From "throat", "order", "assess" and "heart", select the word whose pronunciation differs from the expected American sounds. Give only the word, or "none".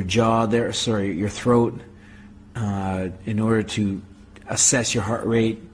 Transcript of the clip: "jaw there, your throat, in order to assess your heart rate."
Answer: none